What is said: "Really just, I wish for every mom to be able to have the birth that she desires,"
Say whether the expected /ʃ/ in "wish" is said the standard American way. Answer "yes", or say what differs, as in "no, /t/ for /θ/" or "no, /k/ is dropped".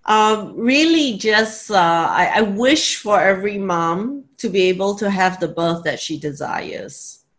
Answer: yes